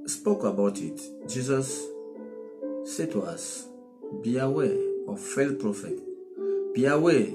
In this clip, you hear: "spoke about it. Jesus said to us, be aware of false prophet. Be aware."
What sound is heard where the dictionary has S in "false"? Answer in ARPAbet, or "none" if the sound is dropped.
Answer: none